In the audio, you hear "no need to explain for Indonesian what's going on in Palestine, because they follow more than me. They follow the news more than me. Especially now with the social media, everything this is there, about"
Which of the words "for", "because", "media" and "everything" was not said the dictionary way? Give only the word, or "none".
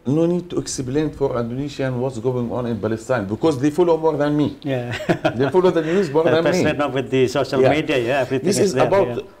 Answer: everything